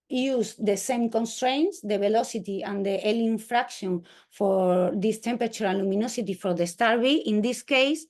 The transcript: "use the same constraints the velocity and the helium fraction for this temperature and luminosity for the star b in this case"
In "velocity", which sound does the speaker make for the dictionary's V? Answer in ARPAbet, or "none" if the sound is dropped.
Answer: B